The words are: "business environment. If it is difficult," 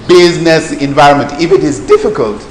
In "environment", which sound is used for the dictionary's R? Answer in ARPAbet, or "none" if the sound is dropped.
R